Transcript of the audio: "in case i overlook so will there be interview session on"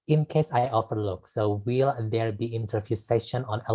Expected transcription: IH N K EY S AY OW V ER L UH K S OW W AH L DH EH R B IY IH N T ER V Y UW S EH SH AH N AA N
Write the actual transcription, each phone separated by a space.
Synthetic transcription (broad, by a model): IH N K EY S AY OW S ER L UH K S OW W AH L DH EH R B IY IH N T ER F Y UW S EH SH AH N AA N